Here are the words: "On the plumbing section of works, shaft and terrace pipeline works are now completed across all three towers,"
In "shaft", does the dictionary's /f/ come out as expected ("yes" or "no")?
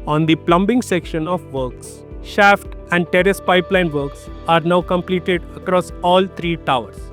yes